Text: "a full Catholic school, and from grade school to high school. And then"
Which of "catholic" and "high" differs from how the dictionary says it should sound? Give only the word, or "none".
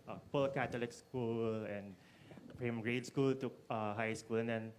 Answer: catholic